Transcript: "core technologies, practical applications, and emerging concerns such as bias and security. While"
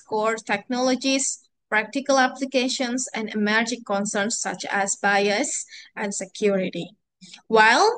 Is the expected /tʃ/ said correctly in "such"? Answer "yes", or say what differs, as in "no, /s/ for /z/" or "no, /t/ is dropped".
yes